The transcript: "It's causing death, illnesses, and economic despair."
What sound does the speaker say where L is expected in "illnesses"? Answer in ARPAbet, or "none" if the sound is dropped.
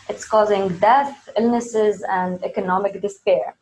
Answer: L